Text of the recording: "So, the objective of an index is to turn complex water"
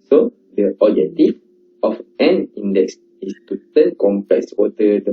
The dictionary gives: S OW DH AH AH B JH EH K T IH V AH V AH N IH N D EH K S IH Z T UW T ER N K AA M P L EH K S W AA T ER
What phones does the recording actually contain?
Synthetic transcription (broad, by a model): S OW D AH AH JH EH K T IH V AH F AH N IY N D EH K S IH S T UW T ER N K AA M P EH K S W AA T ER